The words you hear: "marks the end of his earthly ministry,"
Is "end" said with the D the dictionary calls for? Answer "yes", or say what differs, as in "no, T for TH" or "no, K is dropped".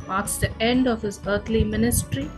yes